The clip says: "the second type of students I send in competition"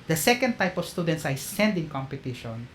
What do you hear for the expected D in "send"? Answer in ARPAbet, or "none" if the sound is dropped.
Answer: D